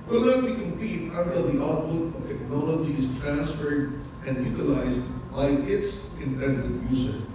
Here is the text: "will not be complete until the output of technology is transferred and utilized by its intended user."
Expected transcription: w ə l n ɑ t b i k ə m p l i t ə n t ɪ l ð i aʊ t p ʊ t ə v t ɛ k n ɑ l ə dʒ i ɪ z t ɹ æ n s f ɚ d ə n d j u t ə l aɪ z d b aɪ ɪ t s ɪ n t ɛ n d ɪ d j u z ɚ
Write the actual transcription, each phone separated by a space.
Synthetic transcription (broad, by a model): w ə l l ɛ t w i k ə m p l i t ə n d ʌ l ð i aʊ t p ʊ t ə v t ɛ k n ɑ l ə dʒ i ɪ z t ɹ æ n s f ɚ d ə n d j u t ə l aɪ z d b aɪ ɪ t s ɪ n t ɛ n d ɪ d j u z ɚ